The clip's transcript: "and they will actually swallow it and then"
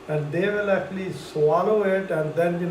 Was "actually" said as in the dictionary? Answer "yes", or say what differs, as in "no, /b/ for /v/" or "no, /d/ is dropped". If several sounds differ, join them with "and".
yes